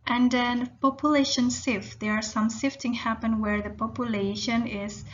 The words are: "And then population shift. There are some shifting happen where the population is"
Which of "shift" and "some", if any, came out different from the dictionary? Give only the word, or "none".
shift